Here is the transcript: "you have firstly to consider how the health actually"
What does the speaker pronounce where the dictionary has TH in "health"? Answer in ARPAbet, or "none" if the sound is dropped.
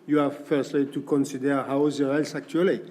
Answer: S